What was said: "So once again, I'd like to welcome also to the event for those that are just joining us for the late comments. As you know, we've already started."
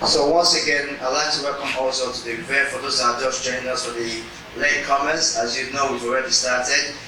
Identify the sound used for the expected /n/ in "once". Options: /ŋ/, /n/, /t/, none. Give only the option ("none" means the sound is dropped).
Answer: /n/